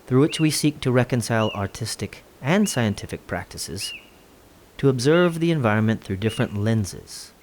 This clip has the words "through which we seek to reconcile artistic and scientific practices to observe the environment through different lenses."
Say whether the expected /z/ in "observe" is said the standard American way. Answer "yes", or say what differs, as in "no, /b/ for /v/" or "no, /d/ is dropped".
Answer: yes